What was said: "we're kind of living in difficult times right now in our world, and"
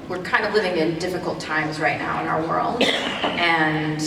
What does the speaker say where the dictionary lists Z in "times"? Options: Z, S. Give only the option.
Z